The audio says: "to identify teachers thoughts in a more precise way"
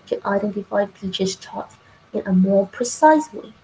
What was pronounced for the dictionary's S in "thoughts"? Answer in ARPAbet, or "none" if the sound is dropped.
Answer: none